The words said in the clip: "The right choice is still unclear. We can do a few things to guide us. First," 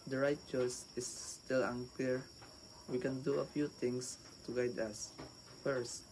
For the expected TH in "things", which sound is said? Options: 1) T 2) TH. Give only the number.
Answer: 1